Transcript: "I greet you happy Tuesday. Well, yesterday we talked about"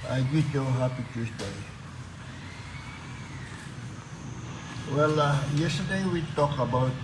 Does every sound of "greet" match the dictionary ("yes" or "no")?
no